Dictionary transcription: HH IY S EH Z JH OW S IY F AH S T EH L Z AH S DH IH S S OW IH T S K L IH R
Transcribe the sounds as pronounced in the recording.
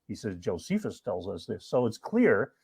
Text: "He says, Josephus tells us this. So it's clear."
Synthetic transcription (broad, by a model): HH IY S EH Z JH OW S IY F AH S T EH L Z AH S DH IH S S OW IH T S K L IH R